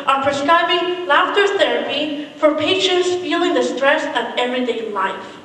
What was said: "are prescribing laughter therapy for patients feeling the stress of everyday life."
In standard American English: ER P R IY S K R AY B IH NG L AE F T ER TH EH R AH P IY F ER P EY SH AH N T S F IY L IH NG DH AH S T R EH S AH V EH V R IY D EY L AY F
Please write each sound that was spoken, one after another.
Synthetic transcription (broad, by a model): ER P R IY S K R AY B IH NG L AE F T ER TH EH R AH P IY F ER P EY SH AH N T S F IY L IH NG DH AH S T R EH S AH V EH V R IY D EY L AY F